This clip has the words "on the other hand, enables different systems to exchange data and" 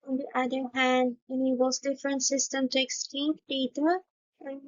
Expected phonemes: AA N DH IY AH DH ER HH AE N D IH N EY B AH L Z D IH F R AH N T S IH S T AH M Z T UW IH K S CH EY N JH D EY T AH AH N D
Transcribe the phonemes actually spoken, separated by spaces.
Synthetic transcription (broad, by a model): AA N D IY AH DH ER HH AE N D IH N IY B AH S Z D IH F R AH N T S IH S T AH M T UW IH K S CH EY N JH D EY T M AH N